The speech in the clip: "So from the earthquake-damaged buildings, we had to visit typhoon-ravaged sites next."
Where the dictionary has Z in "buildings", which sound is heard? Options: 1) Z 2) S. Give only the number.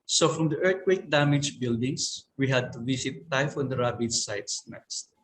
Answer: 2